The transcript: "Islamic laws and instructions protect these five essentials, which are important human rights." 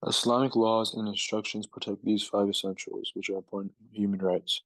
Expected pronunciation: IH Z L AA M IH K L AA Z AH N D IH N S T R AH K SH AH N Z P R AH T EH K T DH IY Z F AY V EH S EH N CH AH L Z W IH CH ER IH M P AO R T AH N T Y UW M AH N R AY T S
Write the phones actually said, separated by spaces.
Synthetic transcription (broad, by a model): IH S L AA M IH K L AA Z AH N IH N S T R AH K SH AH N Z P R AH T EH K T DH IY Z F AY V EH S EH N CH AH L Z W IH CH ER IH P AO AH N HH Y UW M AH N R AY T S